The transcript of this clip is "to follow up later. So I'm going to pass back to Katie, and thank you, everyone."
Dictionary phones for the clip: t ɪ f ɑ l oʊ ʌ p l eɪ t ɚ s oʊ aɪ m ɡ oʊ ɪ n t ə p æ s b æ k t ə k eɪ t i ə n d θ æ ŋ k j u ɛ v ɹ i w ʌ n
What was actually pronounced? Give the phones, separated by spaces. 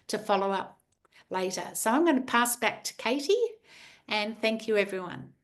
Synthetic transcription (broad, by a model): t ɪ f ɑ l oʊ ʌ p l eɪ t ɚ s oʊ aɪ m ɡ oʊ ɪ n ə p æ s b æ k t ə k eɪ t i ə n θ æ ŋ k j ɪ ɛ v ɹ i w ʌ n